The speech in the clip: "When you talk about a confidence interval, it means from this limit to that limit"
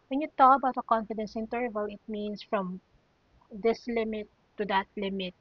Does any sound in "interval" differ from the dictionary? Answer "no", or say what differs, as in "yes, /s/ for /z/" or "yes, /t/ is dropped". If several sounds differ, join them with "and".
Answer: no